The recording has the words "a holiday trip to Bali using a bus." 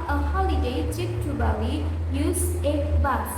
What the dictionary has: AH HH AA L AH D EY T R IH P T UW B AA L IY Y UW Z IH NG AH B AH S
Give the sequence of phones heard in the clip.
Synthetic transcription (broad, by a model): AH HH AA L AH D EY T IH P T UW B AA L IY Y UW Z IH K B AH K